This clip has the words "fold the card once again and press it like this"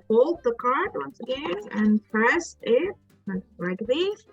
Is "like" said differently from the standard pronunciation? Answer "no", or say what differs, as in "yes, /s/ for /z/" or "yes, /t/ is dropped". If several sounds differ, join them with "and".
yes, /n/ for /l/